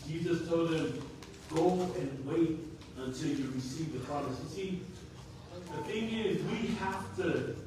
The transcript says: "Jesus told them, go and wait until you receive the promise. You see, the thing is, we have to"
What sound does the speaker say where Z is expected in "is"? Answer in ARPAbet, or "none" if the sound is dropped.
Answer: Z